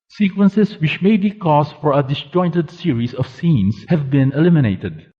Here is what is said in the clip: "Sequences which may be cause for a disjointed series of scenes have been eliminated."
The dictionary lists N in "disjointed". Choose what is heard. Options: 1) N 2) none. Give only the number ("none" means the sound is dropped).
1